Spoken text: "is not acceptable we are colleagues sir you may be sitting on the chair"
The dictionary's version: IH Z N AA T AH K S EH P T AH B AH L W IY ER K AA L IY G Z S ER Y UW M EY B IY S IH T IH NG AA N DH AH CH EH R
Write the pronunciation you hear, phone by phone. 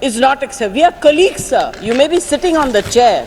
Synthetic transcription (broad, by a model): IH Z N AA T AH K S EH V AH AH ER K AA L IY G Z S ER Y UW M EY B IY S IH T IH NG AA N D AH CH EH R